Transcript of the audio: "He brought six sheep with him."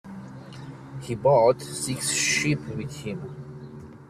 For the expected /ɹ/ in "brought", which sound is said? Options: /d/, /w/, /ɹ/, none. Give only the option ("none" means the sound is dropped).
none